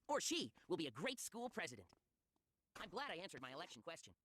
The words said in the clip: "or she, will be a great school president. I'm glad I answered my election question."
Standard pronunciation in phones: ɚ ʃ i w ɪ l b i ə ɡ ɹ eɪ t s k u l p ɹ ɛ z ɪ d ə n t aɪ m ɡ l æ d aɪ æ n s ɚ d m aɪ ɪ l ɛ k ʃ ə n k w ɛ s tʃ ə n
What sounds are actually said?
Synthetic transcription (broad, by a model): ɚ ʃ i w ɪ l b i ə ɡ ɹ eɪ t s k u l p ɹ ɛ z ɪ d ə n t aɪ m ɡ l æ d aɪ æ n s ɚ d m aɪ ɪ l ɛ k ʃ n k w ɛ s tʃ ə n